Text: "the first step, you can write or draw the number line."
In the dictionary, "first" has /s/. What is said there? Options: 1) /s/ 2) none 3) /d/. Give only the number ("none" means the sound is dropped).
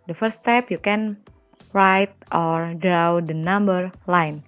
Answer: 2